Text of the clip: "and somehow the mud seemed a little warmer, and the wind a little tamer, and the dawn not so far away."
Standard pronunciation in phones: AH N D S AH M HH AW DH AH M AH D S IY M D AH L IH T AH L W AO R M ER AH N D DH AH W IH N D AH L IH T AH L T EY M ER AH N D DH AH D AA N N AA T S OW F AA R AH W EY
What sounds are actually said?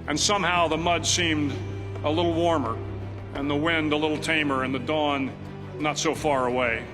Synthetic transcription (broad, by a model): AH N S AH M HH AW DH AH M AH D S IY M D AH L IH T L W AO R M ER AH N DH AH W IH N D AH L IH T L T EY M ER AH N DH AH D AA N N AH T S OW F AA R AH W EY